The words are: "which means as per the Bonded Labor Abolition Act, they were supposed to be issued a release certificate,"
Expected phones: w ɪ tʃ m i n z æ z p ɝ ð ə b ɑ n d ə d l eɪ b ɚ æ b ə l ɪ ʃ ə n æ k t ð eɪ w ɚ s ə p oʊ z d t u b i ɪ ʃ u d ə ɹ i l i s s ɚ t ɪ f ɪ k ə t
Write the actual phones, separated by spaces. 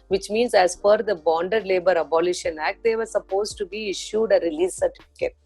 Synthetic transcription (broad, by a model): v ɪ tʃ m i n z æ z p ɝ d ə b ɑ n d ə d l eɪ b ɚ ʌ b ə l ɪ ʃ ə n æ k t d eɪ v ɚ s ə p oʊ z t u b i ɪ ʃ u d ə ɹ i l i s s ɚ t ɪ f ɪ k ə t